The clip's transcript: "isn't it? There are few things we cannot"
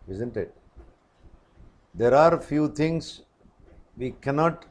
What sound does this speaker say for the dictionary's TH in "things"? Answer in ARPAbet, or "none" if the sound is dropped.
T